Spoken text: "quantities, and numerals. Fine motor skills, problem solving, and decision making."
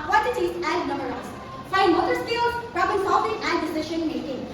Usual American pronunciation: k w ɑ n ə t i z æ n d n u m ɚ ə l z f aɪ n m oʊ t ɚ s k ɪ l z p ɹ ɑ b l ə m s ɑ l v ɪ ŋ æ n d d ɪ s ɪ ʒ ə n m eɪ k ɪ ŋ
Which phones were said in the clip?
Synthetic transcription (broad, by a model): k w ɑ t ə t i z æ n d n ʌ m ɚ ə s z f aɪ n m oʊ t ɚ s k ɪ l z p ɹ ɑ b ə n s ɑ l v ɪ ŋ æ n d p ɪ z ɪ ʃ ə n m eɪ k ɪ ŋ